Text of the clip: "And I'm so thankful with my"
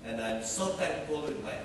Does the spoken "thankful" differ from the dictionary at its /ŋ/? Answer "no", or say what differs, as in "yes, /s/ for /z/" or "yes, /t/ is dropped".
yes, /ŋ/ is dropped